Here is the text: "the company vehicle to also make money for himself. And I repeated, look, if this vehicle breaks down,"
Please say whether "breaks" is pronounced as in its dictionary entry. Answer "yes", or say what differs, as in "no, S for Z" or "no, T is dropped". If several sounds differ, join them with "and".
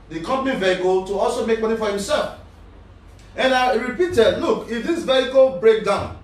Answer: no, S is dropped